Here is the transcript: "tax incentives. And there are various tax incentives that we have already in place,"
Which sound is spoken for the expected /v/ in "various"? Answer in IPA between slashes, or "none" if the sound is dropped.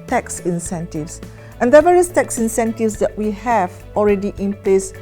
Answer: /v/